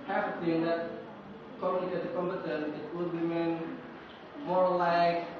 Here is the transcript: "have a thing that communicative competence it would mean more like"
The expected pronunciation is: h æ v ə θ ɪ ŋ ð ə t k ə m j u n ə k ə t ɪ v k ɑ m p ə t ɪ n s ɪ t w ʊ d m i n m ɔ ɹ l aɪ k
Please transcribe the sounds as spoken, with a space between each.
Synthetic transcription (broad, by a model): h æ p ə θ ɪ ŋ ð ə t k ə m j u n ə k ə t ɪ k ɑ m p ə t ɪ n ɪ t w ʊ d m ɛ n m ɔ ɹ l aɪ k